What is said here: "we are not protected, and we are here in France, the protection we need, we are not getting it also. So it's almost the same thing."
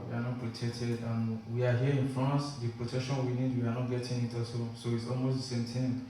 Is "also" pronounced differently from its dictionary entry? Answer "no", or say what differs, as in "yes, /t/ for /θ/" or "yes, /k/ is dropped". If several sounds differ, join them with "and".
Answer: yes, /l/ is dropped